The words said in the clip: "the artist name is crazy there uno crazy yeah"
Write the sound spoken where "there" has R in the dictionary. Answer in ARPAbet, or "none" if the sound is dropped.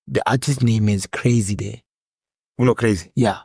W